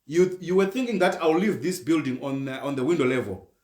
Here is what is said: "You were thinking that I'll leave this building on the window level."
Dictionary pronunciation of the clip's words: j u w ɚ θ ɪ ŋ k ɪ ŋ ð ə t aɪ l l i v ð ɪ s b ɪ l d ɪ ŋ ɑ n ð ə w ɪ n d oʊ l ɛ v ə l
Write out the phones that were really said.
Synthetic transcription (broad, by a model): j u w ɚ θ ɪ ŋ k ɪ ŋ ð ə t aɪ w l i v ð ɪ s b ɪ l d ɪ ŋ ɑ n ð ə w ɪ n d oʊ l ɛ v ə l